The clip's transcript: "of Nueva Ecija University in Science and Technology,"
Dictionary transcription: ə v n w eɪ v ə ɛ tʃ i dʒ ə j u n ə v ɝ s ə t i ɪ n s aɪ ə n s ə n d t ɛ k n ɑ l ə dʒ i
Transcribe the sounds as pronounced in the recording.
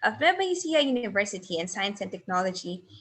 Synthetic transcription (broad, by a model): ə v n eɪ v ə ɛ s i ə j u n ə v ɝ s ə t i ɪ n s aɪ ə n s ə n t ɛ k n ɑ l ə dʒ i